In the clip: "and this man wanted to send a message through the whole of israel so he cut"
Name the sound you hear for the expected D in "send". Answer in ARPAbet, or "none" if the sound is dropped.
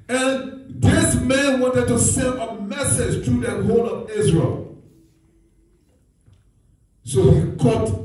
none